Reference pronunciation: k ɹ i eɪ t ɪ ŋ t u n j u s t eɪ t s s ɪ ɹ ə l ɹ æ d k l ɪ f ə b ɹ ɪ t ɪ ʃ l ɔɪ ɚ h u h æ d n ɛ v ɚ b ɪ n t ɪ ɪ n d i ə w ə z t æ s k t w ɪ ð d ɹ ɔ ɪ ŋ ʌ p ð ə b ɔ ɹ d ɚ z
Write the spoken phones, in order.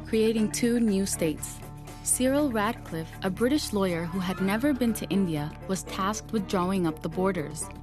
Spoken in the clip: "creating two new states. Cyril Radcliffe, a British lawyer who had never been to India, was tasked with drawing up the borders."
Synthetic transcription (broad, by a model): k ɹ i eɪ t ɪ ŋ t u n j u s t eɪ t s s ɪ ɹ l ɹ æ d k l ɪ f ə b ɹ ɪ t ɪ ʃ l ɔɪ ɚ h u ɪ d n ɛ v ɚ b ɪ n t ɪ ɪ n d i ə w ə z t æ s k t w ɪ ð d ɹ ɔ ɪ ŋ ʌ p ð ə b ɔ ɹ d ɚ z